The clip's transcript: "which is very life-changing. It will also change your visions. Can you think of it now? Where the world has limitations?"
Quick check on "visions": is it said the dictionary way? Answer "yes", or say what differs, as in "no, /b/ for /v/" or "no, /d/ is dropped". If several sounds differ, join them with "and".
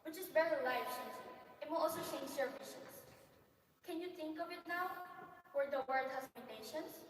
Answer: no, /ʃ/ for /ʒ/ and /s/ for /z/